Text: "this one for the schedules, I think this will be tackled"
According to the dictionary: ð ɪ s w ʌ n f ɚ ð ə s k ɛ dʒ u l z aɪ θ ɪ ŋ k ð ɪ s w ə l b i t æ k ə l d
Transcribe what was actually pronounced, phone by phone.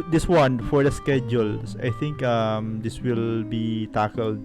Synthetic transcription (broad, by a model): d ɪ s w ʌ n f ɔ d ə s k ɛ dʒ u l s aɪ t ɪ ŋ k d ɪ s w ə l b i t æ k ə l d